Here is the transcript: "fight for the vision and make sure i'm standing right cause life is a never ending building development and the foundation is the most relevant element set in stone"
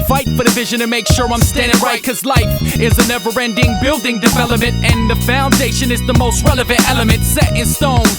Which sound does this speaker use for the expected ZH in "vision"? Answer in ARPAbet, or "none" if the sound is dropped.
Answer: ZH